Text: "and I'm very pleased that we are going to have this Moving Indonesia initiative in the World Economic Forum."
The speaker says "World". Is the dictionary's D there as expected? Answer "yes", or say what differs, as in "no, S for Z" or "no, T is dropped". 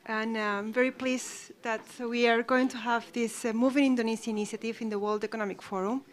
yes